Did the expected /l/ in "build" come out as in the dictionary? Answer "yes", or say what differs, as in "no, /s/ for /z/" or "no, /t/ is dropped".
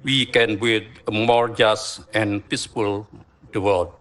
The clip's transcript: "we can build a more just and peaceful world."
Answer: no, /l/ is dropped